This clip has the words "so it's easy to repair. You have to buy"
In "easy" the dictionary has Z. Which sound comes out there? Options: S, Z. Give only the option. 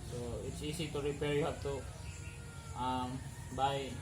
S